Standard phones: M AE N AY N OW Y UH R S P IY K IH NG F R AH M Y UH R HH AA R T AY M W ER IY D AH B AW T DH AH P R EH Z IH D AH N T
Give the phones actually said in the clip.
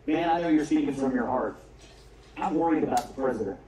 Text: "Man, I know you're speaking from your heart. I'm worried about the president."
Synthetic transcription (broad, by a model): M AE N AY N OW Y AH R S IY IH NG F R AH M Y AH R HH AA R T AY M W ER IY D AH B AW T DH AH P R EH Z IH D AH N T